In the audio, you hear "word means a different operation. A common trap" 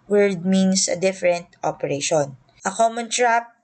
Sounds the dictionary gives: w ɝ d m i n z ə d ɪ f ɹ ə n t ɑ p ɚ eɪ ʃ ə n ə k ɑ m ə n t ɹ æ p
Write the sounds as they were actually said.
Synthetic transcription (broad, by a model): w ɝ d m i n s ə d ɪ f ɹ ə n t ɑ p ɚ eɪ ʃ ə n ə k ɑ m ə n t ɹ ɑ p